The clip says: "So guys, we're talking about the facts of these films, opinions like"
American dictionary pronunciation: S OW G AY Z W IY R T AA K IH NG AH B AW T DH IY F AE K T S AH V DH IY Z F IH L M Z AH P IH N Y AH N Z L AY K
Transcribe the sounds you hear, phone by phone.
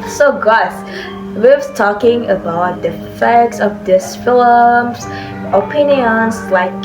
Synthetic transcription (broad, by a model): S OW G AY S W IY W T AA K IH NG AH B AW T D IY F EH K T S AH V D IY S F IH L M S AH P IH N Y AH N S L AY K